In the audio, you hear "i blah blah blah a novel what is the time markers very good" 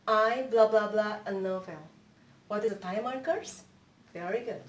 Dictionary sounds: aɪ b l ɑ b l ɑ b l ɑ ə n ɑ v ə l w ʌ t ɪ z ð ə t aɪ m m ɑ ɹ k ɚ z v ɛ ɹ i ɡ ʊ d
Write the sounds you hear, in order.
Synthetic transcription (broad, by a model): aɪ b l ɑ b l ɑ b l ɑ ə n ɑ f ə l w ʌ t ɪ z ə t aɪ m m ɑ ɹ k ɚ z v ɛ ɹ i ɡ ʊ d